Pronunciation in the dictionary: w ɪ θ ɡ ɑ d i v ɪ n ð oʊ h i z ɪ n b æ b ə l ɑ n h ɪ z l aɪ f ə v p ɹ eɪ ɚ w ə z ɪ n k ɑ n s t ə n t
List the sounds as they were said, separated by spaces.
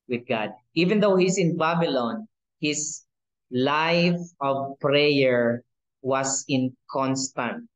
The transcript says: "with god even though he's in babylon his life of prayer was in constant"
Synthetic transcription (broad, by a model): w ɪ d ɡ ɑ d i v ɪ n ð oʊ h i s ɪ n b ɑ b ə l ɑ n h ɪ s l aɪ f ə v p ɹ eɪ ɚ w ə s ɪ n k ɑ n s t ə n t